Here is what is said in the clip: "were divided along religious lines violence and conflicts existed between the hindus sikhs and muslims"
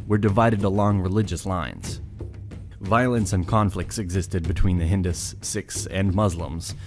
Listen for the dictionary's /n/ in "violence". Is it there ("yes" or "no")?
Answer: yes